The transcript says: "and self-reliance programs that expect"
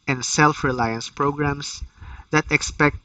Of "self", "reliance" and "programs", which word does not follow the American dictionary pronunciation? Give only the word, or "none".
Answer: programs